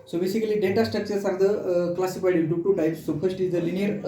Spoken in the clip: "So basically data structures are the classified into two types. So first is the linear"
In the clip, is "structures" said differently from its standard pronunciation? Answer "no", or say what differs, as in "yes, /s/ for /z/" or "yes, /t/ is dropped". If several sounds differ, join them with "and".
yes, /ɹ/ is dropped and /s/ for /z/